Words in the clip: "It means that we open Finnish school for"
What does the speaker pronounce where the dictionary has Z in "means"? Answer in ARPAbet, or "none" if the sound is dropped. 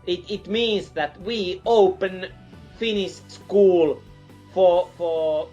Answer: S